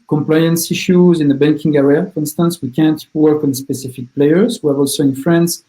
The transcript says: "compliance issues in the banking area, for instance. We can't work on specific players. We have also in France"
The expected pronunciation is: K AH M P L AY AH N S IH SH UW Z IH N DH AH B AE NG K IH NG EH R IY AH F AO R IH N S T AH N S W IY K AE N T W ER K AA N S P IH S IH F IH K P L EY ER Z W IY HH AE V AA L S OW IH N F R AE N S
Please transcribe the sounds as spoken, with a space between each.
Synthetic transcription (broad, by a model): K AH M P L AY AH N S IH SH UW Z IH N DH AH B AE NG K IH NG EH R IY AH F AO R IH N S T AH N S W IY K AE N T W ER K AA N S P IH S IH F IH K P L EY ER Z W IY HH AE V AA L S OW IH N F R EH N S